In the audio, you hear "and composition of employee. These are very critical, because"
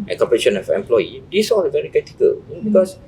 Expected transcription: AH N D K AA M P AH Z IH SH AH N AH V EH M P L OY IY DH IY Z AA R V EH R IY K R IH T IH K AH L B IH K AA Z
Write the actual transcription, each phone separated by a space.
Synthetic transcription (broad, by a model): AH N K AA P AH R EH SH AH N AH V EH M P L OY IY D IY S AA L V EH R IY K R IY T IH K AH L B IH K AA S